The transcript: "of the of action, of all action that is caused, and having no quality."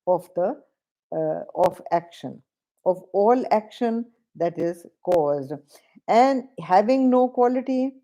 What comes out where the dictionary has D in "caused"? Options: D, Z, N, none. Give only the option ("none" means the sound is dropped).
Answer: D